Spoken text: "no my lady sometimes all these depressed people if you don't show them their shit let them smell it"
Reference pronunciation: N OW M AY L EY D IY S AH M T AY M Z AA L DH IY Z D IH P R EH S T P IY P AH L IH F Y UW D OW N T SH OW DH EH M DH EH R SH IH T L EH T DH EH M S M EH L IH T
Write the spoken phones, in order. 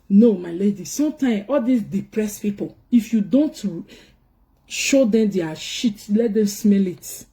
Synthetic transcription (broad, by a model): N OW M AY L EY D IY S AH M T AY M AA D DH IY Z D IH P R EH S P IY P AH L IH F Y UW D OW N T SH OW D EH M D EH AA SH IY T L EH T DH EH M S M EH L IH T